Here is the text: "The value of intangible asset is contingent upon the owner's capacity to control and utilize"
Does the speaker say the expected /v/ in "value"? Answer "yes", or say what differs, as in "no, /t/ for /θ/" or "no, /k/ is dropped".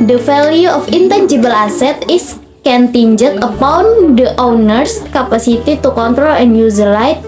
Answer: no, /f/ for /v/